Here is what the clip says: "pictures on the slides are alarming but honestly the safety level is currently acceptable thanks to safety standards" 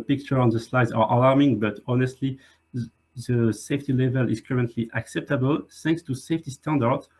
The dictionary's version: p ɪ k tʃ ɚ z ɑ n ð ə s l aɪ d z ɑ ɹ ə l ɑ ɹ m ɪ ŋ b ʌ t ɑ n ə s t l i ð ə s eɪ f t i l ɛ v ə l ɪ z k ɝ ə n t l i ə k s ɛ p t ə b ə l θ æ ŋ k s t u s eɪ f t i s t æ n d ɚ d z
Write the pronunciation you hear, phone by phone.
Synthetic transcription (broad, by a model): p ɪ k tʃ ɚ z ɑ n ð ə s l aɪ d z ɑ ɹ ə l ɑ ɹ m ɪ ŋ b ʌ t ɑ n ə s t l i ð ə s eɪ f t i l ɛ v ə l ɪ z k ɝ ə n t l i ə k s ɛ p t ə b ə l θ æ ŋ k s t u s eɪ f t i s t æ n d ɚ d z